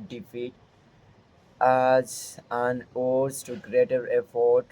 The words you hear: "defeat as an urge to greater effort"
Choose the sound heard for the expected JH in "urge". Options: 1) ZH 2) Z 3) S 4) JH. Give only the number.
2